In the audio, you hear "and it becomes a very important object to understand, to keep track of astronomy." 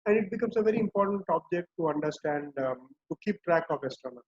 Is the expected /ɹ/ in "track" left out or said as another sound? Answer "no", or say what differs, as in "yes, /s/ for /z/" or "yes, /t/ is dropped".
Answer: no